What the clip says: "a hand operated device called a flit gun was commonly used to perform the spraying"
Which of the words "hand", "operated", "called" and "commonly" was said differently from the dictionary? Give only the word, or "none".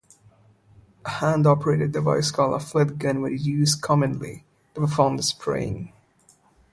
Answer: called